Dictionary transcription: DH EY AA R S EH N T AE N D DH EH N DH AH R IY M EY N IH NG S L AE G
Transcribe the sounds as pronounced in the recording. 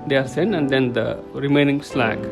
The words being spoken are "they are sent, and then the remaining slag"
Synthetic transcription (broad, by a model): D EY AA R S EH N AE N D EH N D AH R IY M EY N IH NG S L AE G